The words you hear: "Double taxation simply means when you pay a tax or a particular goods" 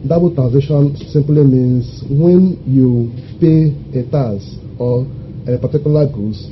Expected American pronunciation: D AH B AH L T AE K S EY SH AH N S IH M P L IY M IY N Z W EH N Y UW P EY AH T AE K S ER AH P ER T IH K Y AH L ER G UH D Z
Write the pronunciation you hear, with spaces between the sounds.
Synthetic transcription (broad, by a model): D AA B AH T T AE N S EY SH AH N S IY M P L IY M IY N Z W EH N Y UW P EY AH T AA S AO AH P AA T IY K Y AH L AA G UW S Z